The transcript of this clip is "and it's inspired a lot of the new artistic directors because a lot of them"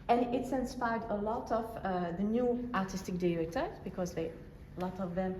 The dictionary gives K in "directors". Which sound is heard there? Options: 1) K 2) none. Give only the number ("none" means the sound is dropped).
2